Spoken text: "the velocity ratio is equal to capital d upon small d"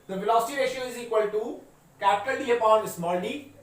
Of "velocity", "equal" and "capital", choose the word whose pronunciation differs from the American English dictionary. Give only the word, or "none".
velocity